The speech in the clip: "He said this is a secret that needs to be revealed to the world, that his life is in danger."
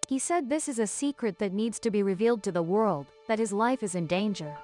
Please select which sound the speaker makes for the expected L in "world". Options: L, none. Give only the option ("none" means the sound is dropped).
L